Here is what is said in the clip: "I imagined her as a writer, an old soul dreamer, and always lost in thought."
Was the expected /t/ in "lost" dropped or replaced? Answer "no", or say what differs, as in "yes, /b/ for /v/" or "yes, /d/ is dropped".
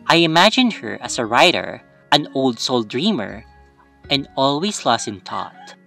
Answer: yes, /t/ is dropped